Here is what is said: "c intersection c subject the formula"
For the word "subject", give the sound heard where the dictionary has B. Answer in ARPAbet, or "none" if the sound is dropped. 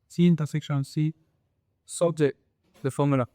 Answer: none